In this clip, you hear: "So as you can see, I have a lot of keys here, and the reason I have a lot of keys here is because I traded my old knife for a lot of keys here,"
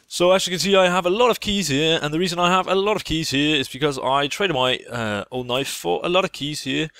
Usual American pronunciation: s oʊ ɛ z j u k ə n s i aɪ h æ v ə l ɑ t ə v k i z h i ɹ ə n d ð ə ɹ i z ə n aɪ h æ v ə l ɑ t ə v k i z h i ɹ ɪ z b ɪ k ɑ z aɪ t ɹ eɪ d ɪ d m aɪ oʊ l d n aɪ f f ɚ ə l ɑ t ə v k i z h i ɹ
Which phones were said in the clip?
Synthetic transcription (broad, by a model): s oʊ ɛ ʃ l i k ə n s i aɪ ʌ v ə l ɑ t ə v k i z h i ɹ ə n ð ə ɹ i z ə n aɪ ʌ v ə l ɑ t ə v k i z h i ɹ ɪ z b ɪ k ɑ z aɪ t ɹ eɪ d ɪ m aɪ oʊ l d n aɪ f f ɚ ə l ɑ t ə v k i z h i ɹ